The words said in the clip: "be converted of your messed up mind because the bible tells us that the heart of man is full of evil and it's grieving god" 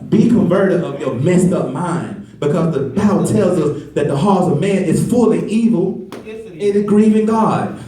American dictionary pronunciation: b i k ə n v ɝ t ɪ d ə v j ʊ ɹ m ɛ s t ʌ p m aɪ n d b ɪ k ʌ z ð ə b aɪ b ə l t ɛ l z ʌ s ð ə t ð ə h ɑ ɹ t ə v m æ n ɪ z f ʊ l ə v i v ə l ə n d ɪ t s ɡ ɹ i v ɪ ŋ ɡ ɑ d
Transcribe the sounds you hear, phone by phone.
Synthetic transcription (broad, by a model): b i k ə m v ɝ t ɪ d ə v j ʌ ɹ m ɛ s t ʌ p m aɪ n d b ɪ k ʌ z ð ə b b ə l t ɛ l z ʌ s ð ə t ð ə h ɑ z ə v m æ n ɪ z f ʊ l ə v i v l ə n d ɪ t ɡ ɹ i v ɪ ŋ ɡ ɑ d